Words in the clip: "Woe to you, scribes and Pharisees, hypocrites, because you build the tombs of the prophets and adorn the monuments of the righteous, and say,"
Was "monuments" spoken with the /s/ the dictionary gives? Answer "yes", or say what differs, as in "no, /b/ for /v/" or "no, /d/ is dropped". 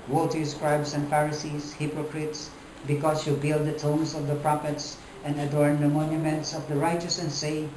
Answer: yes